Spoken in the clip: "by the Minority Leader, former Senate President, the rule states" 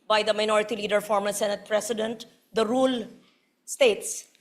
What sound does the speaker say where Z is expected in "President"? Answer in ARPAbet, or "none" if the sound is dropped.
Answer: S